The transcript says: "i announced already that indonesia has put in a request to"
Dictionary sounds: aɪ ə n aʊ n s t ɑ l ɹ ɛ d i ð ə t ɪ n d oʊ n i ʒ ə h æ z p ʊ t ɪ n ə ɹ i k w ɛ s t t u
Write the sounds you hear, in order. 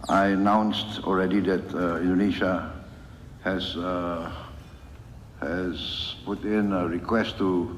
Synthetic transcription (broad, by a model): aɪ ə n aʊ n s t ɑ l ɹ ɛ d i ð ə t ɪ n d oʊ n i ʃ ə h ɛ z p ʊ t ɪ n ə ɹ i k w ɛ s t t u